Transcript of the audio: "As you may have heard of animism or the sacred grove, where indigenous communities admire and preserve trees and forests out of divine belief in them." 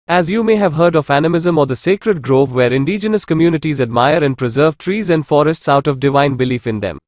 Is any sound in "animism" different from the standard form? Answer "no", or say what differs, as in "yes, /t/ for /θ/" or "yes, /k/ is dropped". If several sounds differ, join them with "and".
no